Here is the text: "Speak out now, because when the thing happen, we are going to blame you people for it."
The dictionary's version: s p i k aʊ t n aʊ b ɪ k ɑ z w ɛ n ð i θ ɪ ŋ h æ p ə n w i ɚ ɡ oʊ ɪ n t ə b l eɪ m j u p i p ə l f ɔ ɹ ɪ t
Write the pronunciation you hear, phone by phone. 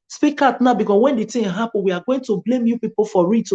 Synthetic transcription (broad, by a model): s p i k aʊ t n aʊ b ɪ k ɑ s w ɛ n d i t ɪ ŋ h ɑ p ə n w i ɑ ɡ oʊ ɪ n t ə b l eɪ m j u p i p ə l f ɔ ɹ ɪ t